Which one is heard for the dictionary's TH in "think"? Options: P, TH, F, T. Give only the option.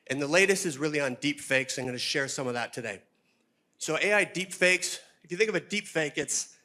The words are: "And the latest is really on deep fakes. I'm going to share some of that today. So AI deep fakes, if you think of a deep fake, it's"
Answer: TH